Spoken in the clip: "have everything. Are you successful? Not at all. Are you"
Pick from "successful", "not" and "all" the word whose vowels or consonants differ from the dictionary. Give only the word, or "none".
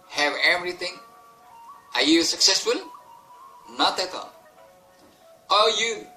all